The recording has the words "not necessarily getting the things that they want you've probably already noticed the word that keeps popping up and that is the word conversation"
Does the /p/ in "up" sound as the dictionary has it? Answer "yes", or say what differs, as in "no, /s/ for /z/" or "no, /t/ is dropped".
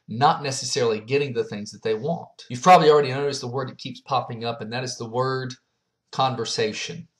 yes